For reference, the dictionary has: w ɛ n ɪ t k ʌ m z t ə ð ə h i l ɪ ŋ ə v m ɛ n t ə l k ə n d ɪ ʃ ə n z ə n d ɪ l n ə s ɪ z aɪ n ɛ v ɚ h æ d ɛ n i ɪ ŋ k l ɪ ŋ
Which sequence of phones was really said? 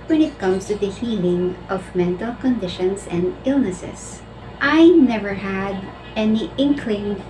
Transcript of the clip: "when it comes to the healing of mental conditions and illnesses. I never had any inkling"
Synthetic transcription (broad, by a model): w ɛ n ɪ t k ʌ m s t ə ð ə h i l ɪ ŋ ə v m ɛ n t ə l k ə n d ɪ ʃ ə n s ə n d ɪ l n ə s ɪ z aɪ n ɛ v ɚ h æ d ɛ n i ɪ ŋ k l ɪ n